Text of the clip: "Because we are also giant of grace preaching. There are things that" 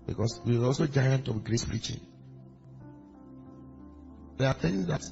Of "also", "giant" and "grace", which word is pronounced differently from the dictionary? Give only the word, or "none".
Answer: none